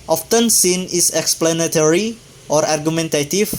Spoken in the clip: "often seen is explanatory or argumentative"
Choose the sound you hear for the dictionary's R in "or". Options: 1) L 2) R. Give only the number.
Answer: 2